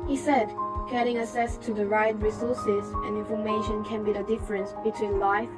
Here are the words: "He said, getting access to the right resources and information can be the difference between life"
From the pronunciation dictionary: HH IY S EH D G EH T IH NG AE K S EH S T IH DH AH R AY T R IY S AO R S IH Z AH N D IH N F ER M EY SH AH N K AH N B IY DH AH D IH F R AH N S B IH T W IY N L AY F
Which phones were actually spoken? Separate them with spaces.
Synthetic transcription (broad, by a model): HH IY S EH D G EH T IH NG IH S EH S T IH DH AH R AY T R IY S AO R S IH Z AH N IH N F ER M EY SH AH N K AH N B IY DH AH D IH F R AH N S B IH T W IY N L AY F